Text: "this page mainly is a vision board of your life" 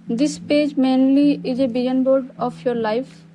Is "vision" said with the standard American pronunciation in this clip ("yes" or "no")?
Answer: no